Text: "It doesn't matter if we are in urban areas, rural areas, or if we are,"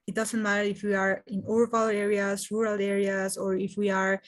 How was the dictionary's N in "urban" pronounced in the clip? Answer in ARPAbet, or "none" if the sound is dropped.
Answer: L